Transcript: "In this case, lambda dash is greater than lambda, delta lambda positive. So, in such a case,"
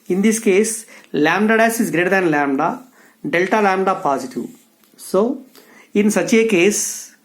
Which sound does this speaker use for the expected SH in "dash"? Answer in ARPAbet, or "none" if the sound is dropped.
S